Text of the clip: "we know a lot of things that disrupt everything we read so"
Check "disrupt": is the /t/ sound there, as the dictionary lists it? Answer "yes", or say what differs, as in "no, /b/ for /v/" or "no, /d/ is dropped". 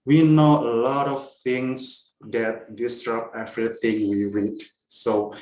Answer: no, /t/ is dropped